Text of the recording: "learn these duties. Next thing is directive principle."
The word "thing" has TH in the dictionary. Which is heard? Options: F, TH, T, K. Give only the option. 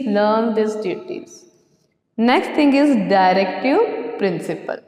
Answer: T